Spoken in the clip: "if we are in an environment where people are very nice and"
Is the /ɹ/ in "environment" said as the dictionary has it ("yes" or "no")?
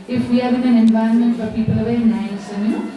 no